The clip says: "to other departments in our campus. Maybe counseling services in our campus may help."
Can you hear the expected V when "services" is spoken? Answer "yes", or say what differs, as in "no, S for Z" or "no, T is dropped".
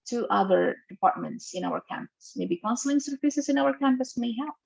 no, F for V